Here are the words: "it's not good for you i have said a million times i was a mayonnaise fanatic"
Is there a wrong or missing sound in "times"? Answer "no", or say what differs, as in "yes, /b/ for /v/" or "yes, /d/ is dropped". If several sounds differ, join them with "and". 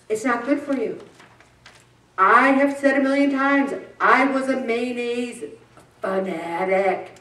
no